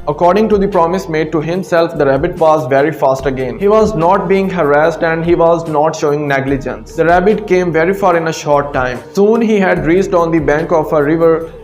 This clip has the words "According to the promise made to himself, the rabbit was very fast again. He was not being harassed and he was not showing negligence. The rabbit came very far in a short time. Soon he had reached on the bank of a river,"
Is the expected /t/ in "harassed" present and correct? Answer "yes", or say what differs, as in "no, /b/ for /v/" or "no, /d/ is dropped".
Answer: yes